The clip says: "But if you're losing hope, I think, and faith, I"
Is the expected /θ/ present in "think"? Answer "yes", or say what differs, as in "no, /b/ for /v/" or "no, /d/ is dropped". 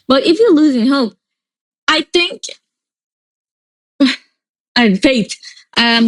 yes